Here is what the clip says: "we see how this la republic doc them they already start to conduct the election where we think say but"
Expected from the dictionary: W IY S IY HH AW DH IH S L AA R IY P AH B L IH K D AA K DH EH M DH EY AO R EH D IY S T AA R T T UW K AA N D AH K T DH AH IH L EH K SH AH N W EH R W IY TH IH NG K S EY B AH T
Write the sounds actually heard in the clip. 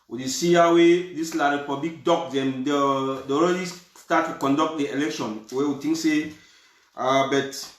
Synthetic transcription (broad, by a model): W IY S IY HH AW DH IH S L AA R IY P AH B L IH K D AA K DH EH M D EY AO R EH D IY S T AA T T UW K AA N D AH K T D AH IH L EH K SH AH N W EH W IY T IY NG K S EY B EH T